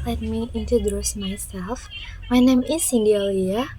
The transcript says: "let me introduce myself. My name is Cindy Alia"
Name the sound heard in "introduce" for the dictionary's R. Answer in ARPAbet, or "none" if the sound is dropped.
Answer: none